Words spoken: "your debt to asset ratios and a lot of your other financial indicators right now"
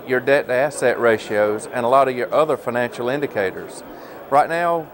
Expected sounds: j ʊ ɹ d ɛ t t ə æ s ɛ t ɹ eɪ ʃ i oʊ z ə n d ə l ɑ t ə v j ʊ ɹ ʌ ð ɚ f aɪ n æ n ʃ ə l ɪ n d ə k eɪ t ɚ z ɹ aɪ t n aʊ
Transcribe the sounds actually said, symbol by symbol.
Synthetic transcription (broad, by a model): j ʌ ɹ d ɛ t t æ s ɛ t ɹ eɪ ʃ i oʊ z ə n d ə l ɑ t ə v j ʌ ɹ ʌ ð ɚ f aɪ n æ n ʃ l ɪ n d ə k eɪ t ɚ z ɹ aɪ t n aʊ